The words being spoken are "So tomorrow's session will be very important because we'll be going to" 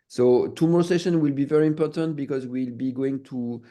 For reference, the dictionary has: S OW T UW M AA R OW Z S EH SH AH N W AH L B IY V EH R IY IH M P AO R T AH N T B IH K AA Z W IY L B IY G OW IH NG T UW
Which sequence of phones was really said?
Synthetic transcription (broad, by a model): S OW T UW M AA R S EH SH AH N W AH L B IY V EH R IY IH M P AO R T AH N T B IH K AA Z W IY L B IY G OW IH NG T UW